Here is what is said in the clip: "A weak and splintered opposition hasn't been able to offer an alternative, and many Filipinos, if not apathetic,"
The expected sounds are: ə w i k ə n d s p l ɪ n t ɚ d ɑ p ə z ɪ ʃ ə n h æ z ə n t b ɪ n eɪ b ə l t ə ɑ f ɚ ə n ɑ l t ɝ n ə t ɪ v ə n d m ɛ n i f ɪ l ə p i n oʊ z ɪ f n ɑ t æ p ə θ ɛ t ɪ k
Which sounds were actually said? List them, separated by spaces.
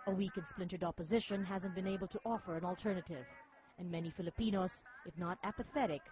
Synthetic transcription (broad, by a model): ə w i k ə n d s p l ɪ n t ɚ d ɑ p ə z ɪ ʃ ə n h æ z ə n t b ɪ n eɪ b l t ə ɑ f ɚ ə n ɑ l t ɝ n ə t ɪ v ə n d m ɛ n i f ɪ l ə p i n oʊ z ɪ f n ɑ t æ p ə θ ɛ t ɪ k